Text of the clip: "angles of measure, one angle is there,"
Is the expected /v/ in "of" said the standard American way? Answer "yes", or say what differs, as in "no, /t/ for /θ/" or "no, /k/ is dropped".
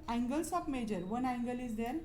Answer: no, /p/ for /v/